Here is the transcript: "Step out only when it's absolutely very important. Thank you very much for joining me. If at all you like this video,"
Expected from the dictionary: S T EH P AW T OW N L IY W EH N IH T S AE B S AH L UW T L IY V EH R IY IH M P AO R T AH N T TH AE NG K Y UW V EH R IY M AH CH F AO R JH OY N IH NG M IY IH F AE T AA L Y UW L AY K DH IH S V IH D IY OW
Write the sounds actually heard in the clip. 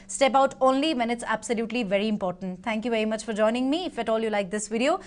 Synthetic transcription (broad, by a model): S T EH P AW T OW N L IY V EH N IH T S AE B S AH L UW T L IY V EH R IY IH M P AO R T AH N T T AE NG K Y UW V EH R IY M AH CH F AO R JH OY N IH NG M IY IH F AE T AA L Y UW L AY K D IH S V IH D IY OW